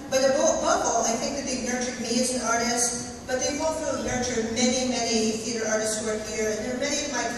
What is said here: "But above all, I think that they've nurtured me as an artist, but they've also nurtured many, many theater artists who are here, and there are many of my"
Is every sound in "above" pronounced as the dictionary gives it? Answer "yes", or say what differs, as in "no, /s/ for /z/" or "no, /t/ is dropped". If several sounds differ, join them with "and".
no, /b/ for /v/